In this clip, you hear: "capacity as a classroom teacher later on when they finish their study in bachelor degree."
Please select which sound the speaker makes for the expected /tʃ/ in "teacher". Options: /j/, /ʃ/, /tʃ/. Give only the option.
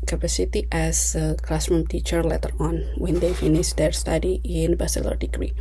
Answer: /tʃ/